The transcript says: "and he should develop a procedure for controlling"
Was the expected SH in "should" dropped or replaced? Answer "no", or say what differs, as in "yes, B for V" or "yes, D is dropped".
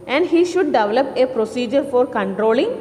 no